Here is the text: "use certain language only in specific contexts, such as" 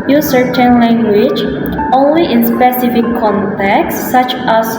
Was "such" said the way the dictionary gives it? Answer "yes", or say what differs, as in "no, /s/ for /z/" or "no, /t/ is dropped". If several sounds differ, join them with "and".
yes